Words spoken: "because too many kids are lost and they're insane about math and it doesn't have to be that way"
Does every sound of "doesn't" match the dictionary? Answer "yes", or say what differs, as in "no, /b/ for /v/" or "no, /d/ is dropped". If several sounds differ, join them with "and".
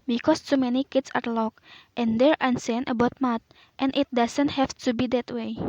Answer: no, /s/ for /z/